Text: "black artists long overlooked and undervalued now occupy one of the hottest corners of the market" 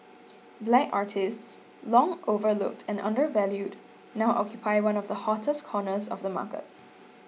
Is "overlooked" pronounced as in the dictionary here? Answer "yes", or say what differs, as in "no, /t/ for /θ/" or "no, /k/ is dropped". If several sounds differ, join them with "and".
yes